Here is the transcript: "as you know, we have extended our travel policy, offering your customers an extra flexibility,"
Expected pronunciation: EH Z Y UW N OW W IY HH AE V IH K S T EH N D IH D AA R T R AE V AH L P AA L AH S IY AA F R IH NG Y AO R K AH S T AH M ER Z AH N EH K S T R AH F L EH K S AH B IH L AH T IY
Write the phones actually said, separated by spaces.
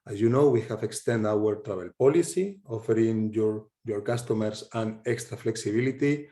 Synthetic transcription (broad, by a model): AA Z Y UW N OW W IY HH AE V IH K S T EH N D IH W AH R T R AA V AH L P AA L AH S IY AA F R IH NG Y AO R K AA S T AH M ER S AH N EH K S T R AH F L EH K S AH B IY L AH T IY